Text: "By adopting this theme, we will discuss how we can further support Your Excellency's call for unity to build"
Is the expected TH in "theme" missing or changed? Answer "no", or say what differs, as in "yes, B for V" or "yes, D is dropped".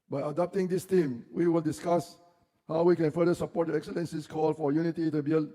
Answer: yes, T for TH